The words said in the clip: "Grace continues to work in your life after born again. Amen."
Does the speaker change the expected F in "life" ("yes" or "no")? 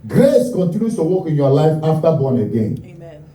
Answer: no